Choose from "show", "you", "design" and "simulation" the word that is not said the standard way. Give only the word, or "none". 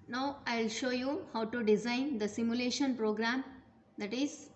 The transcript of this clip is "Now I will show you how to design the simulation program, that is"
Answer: none